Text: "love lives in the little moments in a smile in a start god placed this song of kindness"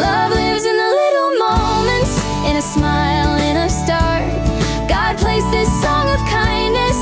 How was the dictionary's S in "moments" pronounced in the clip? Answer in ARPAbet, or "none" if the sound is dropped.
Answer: none